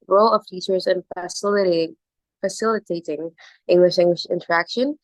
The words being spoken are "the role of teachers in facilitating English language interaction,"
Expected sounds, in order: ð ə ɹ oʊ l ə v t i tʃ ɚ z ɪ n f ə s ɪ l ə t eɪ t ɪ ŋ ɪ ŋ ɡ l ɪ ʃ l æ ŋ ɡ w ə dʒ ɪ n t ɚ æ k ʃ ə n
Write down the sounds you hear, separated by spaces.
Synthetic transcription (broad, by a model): ɹ oʊ l ə v t i tʃ ɚ z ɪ n f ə s ɪ l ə t eɪ t ɪ ŋ ɪ ŋ ɡ l ɪ ʃ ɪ ŋ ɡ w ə ʃ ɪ n t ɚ æ k ʃ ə n